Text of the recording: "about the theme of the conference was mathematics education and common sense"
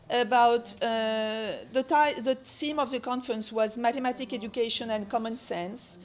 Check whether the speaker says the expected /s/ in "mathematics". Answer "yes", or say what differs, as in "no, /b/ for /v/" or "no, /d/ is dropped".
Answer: no, /s/ is dropped